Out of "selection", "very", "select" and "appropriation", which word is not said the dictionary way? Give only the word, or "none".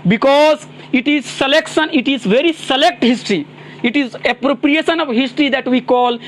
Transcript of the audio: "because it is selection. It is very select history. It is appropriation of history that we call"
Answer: none